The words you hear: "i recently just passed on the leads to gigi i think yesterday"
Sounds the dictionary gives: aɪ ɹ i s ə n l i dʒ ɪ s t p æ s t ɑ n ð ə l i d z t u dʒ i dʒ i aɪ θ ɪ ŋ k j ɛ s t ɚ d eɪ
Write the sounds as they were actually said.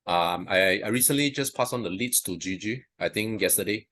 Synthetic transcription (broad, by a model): aɪ ɹ i s ə n l i dʒ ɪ s p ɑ s ɑ n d ə l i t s t u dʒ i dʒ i aɪ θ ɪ ŋ k j ɛ s t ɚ d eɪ